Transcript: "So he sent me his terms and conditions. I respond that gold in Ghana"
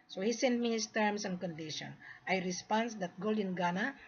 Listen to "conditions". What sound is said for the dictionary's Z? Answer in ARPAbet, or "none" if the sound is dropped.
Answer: none